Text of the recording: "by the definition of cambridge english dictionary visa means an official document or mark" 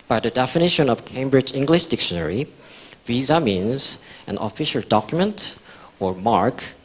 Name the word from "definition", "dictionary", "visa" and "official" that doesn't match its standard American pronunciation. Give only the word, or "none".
none